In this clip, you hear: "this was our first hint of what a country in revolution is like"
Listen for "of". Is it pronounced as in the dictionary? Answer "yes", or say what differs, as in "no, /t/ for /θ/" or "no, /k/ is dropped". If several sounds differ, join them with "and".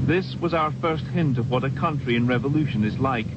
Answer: yes